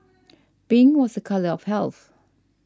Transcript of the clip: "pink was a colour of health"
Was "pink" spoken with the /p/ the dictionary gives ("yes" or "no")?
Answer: no